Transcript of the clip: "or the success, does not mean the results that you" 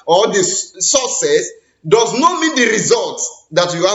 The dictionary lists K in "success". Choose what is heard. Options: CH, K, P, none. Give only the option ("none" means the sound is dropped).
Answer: none